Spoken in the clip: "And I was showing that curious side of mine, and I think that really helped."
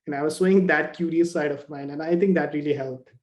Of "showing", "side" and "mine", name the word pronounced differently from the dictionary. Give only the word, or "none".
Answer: showing